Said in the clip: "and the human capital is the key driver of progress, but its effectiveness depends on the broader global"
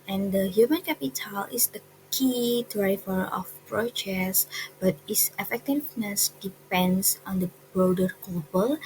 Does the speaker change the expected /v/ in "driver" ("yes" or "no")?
yes